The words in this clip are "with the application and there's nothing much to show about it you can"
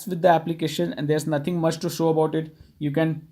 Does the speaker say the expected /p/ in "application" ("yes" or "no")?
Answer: yes